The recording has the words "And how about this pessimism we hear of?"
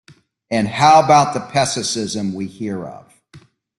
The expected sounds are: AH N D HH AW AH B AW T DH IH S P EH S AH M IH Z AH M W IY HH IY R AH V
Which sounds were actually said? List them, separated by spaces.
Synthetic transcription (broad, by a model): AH N HH AW AH B AW T DH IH P EH S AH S IH Z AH M W IY HH IY R AH V